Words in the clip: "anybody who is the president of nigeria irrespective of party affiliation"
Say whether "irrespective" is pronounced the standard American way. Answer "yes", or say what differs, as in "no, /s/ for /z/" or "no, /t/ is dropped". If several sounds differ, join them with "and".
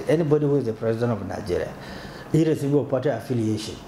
no, /p/ is dropped and /v/ is dropped